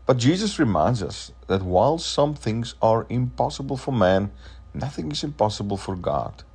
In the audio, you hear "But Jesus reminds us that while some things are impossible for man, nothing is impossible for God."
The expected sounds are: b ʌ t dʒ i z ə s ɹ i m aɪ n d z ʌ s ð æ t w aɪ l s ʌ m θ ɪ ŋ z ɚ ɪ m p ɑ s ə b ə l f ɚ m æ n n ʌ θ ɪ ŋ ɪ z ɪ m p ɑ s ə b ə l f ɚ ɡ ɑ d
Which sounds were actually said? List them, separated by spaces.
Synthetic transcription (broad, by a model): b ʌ t dʒ i z ə s ɹ i m aɪ n d z ʌ s ð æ t w aɪ l s ʌ m θ ɪ ŋ z ɚ ɪ m p ɑ s ə b ə l f ɚ m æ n n ʌ θ ɪ ŋ ɪ z ɪ m p ɑ s ə b ə l f ɚ ɡ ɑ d